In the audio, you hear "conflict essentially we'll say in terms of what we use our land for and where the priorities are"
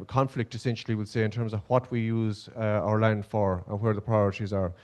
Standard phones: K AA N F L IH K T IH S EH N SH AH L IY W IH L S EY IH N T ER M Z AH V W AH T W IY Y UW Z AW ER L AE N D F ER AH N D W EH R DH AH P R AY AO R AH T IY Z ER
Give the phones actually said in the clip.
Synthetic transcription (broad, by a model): K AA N F L IH K T IH S EH N SH AH L IY W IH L S EY IH N T ER M Z AH V W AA T W IY Y UW Z AW ER L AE N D F ER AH N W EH R DH AH P R AY AO R AH T IY Z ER